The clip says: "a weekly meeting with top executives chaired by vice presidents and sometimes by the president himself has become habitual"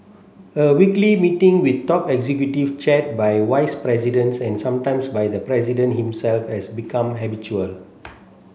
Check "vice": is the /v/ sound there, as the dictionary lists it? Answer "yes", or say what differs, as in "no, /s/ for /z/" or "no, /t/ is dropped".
no, /w/ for /v/